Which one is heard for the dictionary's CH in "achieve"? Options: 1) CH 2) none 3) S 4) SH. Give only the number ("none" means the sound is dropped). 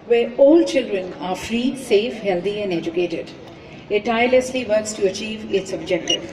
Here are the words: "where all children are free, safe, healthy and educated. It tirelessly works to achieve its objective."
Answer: 1